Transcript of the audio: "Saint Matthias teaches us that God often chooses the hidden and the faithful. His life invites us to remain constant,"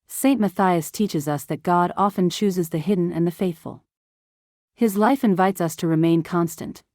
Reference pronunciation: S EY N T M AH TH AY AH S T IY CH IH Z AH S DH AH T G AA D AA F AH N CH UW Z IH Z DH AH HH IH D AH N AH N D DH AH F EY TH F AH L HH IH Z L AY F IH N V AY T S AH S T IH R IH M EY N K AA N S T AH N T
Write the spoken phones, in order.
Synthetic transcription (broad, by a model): S EY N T M AH TH AY AH S T IY CH IH Z AH S DH AH T G AA D AA F AH N CH UW Z IH Z DH AH HH IH D N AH N DH AH F EY TH F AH L HH IH Z L AY F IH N V AY T S AH S T IH R IH M EY N K AA N S T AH N T